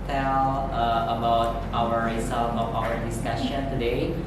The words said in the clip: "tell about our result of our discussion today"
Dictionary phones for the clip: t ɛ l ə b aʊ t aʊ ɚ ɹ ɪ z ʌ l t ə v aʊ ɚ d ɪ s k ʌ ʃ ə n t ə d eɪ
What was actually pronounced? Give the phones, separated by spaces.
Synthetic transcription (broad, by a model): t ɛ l ə b aʊ t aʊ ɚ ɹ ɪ s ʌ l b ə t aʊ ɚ d ɪ s k ʌ ʃ ə n t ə d eɪ